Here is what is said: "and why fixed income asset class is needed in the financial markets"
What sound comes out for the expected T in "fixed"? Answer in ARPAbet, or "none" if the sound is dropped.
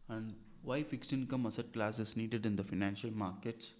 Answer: T